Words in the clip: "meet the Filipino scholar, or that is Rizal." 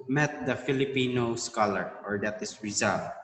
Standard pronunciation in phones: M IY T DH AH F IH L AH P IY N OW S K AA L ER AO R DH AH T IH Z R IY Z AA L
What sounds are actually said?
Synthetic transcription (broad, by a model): M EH T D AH F IH L AH P IY N OW S K AA L ER AO R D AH T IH S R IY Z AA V